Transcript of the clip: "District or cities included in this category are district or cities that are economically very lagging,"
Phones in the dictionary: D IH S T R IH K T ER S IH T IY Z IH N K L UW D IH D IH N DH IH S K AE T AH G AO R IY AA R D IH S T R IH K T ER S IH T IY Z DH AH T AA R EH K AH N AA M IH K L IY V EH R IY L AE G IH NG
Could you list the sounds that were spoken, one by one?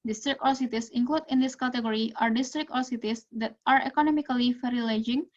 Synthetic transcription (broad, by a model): D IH S T R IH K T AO S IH T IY S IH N K L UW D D IH N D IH S K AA T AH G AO R IY AA R D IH S T R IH K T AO S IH T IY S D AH T AA R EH K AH N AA M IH K L IY F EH R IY L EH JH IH NG